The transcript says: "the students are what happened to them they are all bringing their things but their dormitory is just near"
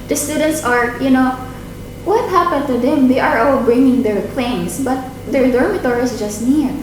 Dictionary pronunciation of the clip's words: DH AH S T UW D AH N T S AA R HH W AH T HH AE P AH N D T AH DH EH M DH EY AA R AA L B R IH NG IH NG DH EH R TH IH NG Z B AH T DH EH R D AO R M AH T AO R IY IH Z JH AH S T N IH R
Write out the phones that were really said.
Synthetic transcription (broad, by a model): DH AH S T UW D AH N T S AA R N W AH T HH AE P AH N D T AH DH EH M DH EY AA R AA L B R IH NG IH NG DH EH R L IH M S B AH T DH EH R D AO R M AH T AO R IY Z JH AH S T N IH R